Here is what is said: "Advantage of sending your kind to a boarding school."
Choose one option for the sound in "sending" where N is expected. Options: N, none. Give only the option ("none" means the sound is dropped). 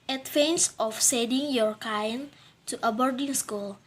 none